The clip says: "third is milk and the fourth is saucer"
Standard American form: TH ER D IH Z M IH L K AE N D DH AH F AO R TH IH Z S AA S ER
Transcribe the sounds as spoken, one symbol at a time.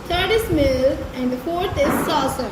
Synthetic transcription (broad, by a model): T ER D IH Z M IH L AE N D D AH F AO R T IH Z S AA S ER